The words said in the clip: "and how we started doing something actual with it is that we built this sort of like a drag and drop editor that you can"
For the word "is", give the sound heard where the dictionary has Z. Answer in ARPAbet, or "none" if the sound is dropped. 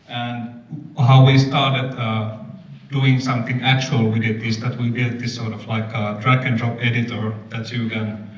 S